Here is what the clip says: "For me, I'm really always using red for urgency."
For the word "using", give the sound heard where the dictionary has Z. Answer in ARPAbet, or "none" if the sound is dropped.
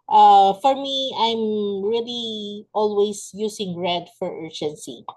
S